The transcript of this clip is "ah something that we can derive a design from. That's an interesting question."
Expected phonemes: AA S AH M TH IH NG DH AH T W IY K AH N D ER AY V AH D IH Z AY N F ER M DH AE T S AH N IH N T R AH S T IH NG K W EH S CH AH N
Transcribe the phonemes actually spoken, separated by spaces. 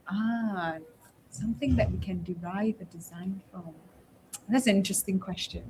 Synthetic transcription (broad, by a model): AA S AH M TH IH NG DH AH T W IY K AH N D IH AY V AH D IH Z AY N F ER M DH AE T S AH N IH N T R AH S T IH NG K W EH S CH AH N